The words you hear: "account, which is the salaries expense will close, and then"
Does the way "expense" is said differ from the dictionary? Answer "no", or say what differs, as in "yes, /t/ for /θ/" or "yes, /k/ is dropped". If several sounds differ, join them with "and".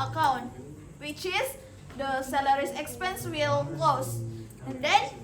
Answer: no